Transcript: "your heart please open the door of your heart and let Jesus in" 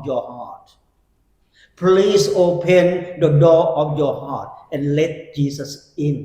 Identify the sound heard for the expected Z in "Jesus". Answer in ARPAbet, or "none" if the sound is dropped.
S